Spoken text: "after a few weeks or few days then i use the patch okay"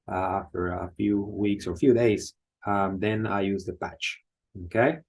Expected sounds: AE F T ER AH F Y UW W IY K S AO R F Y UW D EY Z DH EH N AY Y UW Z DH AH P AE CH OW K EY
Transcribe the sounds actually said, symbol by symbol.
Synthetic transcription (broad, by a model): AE F T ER AH F Y UW W IY K S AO R F Y UW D EY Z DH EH N AY Y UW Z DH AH P AE CH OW K EY